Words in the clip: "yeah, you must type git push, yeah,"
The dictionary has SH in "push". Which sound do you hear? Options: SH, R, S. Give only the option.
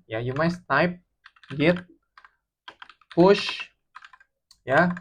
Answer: SH